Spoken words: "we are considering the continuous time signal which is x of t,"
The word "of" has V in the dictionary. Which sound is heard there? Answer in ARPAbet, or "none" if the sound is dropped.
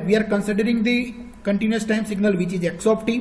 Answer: P